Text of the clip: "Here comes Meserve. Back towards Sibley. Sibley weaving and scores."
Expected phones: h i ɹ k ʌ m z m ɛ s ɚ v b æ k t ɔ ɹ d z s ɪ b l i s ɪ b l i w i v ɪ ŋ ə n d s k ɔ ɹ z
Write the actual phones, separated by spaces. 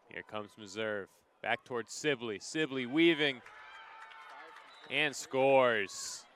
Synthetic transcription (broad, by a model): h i ɹ k ʌ m z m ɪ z ɚ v b æ k t ɔ ɹ d z s ɪ b l i s ɪ b l i w i v ɪ ŋ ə n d s k ɔ ɹ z